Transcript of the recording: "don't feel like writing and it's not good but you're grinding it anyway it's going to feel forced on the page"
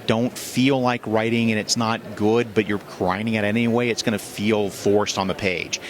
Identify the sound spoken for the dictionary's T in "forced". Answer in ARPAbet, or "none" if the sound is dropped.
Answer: T